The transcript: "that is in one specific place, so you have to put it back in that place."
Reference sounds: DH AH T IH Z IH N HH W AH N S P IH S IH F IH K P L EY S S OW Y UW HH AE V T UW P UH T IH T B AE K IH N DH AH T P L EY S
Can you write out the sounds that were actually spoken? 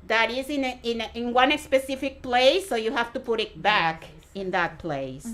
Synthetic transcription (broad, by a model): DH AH T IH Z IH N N W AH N S P IH S IH F IH K P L EY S S OW Y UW HH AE F T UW P UH T IH T B AE K IH N DH AH T P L EY S